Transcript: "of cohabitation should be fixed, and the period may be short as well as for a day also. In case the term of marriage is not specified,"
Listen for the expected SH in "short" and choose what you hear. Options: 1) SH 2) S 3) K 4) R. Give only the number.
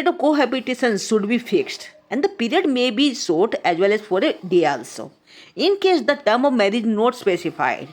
2